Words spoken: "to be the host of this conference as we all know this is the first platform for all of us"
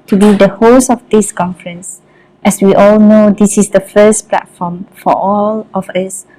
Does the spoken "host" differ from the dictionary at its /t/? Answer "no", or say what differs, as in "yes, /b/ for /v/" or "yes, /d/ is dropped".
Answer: yes, /t/ is dropped